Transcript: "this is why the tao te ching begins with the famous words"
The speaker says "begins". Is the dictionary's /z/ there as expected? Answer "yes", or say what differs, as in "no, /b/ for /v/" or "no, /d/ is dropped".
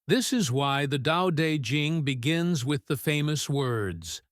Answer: yes